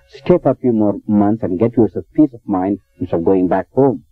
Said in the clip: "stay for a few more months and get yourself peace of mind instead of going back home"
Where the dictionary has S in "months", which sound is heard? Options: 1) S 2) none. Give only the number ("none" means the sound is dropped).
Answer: 1